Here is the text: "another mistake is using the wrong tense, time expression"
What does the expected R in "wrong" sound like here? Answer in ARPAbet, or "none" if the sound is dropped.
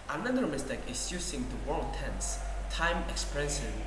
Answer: W